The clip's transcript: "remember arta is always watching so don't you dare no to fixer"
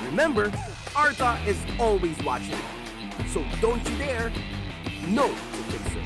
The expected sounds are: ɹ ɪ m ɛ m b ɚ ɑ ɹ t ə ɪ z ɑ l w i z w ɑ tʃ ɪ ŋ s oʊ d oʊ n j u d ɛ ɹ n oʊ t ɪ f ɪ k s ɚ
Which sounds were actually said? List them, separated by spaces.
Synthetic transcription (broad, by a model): ɹ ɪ m ɛ m b ɚ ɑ ɹ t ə ɪ z ɑ l w i z w ɑ tʃ ɪ ŋ s oʊ d oʊ n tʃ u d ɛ ɹ n oʊ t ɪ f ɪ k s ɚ